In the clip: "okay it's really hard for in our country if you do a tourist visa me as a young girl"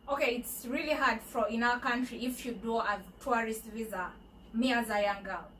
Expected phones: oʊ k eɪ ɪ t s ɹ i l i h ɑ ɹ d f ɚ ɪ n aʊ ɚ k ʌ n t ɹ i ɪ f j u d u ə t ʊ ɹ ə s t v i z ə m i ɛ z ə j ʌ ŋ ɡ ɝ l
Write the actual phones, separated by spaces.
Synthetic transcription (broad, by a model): oʊ k eɪ ɪ t s ɹ i l i h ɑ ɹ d f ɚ ɪ n aʊ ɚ k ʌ n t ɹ i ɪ f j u d u ə t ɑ ɹ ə s t v i z ə m i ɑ z ə j ʌ ŋ ɡ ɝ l